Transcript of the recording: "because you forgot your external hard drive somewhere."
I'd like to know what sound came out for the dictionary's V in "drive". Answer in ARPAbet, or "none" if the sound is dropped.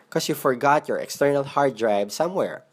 B